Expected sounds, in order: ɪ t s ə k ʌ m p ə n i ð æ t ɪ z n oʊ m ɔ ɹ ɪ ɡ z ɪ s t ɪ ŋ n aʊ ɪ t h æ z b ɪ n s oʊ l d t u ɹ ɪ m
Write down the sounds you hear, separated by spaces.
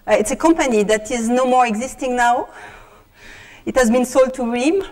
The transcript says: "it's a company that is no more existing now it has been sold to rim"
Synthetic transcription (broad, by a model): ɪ t s ə k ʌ m p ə n i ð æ t ɪ z n oʊ m ɔ ɹ ɪ ɡ z ɪ s t ɪ ŋ n aʊ ɪ t h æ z b ɪ n s oʊ l d t u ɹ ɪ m